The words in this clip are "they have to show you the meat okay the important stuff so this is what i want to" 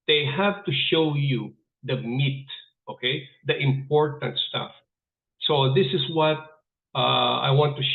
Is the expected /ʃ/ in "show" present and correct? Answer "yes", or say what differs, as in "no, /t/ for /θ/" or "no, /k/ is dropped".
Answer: yes